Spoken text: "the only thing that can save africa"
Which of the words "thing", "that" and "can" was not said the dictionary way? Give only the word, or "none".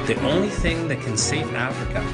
none